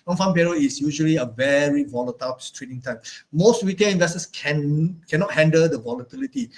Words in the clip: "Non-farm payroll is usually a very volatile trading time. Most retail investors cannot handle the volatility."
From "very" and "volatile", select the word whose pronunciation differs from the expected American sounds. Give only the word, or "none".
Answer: none